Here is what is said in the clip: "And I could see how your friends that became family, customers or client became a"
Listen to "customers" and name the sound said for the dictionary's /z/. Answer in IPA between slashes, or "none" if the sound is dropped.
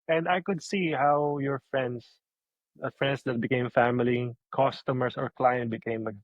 /s/